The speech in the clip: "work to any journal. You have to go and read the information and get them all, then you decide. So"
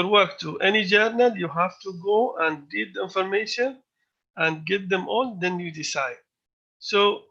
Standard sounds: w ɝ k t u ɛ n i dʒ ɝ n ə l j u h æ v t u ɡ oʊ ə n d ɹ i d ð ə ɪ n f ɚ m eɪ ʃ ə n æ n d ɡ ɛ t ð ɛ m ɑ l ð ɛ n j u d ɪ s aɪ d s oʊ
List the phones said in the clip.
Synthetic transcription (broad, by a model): w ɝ k t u ɛ n i dʒ ɝ n ə l j u h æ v t u ɡ oʊ ə n d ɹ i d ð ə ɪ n f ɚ m eɪ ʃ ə n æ n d ɡ ɛ t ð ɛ m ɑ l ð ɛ n j u d ɪ s aɪ d s oʊ